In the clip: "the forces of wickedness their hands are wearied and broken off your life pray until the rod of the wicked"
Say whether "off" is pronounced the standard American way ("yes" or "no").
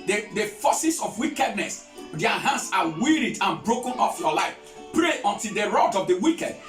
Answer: yes